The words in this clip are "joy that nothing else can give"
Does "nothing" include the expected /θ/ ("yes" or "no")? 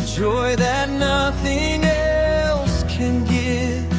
yes